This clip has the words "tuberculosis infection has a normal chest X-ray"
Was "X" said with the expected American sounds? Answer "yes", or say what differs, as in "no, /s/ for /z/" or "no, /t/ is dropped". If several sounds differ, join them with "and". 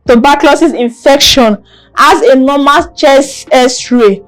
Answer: no, /k/ is dropped